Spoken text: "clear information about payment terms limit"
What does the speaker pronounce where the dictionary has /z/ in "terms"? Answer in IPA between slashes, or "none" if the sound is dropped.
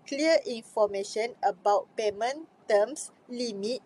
/s/